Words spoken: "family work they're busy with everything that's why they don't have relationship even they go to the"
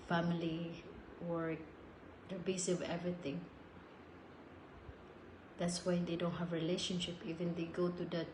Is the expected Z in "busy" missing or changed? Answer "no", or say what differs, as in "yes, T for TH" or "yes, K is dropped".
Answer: yes, S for Z